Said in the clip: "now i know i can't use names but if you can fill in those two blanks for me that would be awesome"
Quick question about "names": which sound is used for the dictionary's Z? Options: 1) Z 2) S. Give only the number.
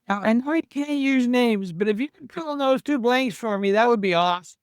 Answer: 1